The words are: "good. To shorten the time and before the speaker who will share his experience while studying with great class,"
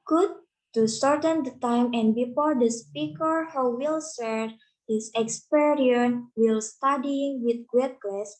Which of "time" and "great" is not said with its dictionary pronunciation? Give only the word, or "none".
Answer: great